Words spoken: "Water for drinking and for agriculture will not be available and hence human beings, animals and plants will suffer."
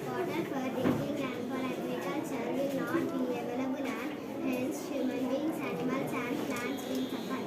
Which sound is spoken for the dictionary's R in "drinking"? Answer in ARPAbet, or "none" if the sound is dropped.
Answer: none